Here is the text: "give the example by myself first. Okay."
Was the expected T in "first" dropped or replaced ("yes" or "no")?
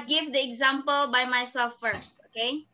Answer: no